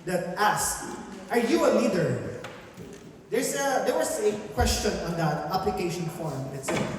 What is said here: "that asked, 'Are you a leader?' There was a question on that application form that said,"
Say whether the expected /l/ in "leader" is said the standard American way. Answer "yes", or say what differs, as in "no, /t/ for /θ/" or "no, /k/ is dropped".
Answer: no, /n/ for /l/